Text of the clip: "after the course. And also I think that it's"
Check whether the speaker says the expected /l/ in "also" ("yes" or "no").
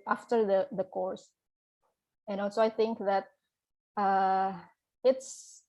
no